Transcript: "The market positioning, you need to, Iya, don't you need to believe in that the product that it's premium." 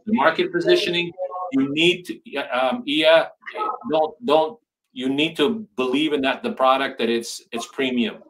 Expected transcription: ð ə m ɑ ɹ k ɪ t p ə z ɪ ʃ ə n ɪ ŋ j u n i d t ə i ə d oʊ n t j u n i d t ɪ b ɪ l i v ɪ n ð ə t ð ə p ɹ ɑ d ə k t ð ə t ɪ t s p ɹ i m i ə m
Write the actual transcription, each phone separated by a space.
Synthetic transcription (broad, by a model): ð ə m ɑ ɹ k ɪ t p ə z ɪ ʃ ə n ɪ ŋ j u n i d t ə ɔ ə d oʊ n t j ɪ n i d t ɪ b ɪ l i v ɪ n ð ə t ð ə p ɹ ɑ d ə k t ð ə t ɪ t s p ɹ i m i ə m